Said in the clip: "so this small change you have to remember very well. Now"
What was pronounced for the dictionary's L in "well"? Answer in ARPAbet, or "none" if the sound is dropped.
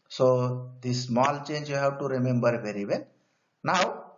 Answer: N